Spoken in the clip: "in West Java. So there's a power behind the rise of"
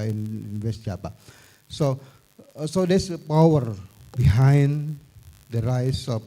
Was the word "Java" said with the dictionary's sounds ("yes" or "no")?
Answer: no